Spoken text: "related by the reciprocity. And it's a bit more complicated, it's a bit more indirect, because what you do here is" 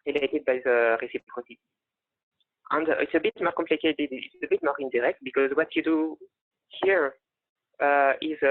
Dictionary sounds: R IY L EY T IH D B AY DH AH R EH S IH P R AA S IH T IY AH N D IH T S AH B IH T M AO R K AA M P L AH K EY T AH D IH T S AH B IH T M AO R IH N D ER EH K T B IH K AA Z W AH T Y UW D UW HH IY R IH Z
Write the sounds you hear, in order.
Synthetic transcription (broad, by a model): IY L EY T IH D B AY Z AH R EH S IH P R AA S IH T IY AH N D IH T S AH B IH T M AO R K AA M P L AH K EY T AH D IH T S AH B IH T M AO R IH N D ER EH K T B IH K AA Z W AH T Y UW D UW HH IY R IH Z